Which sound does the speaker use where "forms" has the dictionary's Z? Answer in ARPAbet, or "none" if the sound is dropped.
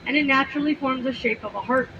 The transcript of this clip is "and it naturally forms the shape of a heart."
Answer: Z